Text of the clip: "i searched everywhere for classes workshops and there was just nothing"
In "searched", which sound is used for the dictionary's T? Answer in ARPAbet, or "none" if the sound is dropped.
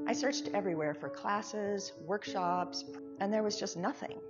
T